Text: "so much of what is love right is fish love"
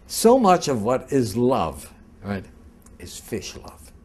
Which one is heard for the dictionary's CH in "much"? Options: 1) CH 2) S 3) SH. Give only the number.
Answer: 1